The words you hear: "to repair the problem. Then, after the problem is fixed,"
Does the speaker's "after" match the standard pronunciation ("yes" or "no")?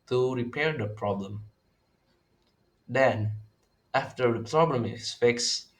yes